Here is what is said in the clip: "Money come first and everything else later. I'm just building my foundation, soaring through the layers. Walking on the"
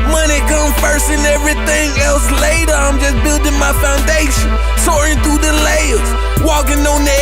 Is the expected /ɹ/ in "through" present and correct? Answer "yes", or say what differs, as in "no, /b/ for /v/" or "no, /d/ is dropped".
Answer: no, /ɹ/ is dropped